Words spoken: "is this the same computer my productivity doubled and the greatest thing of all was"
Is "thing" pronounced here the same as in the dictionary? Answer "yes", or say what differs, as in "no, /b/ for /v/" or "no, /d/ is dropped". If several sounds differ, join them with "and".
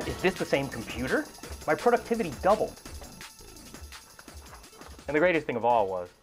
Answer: yes